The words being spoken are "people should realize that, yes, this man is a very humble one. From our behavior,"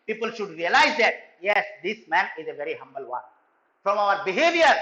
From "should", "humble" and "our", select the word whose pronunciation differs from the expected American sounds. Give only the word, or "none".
none